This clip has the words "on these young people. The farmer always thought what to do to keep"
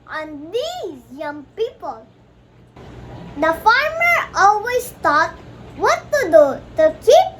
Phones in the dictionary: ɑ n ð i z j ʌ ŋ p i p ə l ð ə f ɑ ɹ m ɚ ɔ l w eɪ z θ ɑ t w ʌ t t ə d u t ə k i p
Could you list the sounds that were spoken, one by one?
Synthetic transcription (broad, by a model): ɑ n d i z j ʌ ŋ p i p ə l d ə f ɑ ɹ m ɚ ɔ l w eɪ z t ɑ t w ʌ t t ə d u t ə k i